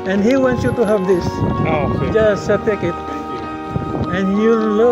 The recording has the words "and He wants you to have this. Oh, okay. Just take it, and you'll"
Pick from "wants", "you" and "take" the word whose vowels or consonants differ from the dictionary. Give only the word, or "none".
wants